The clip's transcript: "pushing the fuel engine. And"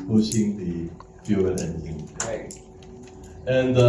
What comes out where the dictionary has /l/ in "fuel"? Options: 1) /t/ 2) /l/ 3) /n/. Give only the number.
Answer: 3